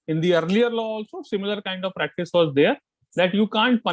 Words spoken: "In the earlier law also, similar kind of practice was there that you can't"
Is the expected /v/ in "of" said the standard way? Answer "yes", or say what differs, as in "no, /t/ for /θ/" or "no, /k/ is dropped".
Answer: yes